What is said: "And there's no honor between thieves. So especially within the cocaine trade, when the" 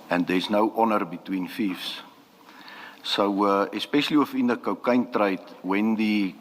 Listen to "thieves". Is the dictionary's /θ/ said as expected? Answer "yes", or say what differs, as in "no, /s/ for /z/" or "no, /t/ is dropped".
no, /f/ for /θ/